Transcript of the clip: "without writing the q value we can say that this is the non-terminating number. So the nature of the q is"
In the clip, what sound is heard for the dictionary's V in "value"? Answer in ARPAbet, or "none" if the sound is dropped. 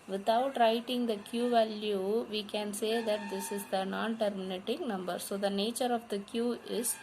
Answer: V